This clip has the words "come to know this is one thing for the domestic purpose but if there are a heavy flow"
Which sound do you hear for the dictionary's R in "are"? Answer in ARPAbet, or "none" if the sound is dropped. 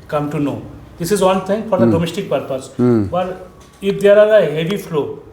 L